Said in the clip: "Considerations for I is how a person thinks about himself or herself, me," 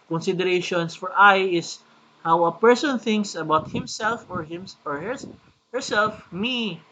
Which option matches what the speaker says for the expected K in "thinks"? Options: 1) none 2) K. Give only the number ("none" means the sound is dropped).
2